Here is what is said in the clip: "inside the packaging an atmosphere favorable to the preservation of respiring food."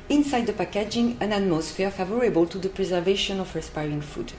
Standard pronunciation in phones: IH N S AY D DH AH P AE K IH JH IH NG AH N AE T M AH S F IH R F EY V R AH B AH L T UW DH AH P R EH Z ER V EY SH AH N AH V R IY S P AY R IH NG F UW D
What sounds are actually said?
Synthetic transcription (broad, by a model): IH N S AY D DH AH P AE K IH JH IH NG AH N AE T M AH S F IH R F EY V R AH B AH L T UW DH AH P R EH Z ER V EY SH AH N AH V R IY S P AY R IH NG F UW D